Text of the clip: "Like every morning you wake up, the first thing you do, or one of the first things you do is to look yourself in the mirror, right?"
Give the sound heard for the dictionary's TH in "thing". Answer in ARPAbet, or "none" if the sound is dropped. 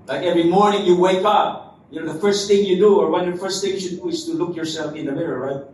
TH